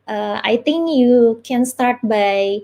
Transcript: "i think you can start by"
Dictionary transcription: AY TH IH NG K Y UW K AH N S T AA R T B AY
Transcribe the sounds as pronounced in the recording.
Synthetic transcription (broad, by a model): AY T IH NG K Y UW K AH N S T AA R T B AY